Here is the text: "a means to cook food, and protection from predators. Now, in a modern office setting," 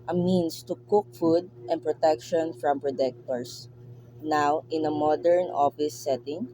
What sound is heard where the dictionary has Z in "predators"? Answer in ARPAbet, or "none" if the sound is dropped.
S